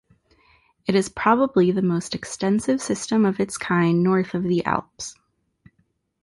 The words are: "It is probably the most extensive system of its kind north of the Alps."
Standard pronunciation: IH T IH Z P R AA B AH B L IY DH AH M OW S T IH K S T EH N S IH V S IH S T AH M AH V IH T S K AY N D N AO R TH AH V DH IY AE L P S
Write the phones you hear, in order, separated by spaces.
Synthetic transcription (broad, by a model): IH T IH Z P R AA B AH B L IY DH AH M OW S T IH K S T EH N S IH V S IH S T AH M AH V IH T S K AY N N AO R TH AH V DH IY AE L P S